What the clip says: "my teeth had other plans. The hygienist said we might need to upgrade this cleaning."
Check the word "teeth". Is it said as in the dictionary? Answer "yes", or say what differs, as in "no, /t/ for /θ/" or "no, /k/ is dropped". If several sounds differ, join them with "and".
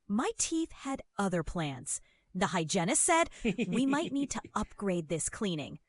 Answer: yes